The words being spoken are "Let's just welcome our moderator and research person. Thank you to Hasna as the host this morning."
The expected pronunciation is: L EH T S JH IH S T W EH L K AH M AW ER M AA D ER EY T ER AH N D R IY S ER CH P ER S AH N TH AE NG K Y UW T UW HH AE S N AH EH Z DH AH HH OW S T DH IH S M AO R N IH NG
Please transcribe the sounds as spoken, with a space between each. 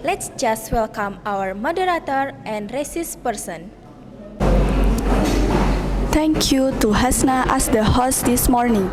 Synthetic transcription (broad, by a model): L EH T S JH IH S T W EH L K AH M AW ER M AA D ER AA T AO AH N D R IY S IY S P ER S AH N T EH NG K Y UW T UW HH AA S N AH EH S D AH HH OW S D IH S M AO R N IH NG